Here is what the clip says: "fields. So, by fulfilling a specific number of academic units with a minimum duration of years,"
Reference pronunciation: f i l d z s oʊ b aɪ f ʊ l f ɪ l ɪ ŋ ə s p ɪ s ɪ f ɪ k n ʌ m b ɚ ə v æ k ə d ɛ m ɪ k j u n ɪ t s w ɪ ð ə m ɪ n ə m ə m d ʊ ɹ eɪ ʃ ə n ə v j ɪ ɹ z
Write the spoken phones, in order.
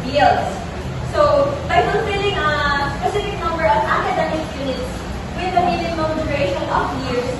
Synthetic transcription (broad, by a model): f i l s s oʊ b aɪ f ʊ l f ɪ l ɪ ŋ ə s p ɪ s ɪ f ɪ k n ʌ m b ɚ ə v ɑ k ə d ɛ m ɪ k j u n ɪ t s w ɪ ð ə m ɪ l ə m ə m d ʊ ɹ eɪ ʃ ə n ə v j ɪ ɹ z